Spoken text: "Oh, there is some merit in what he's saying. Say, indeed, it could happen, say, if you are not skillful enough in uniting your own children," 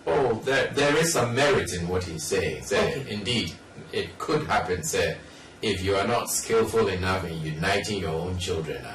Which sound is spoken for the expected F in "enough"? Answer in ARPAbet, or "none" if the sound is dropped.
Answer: F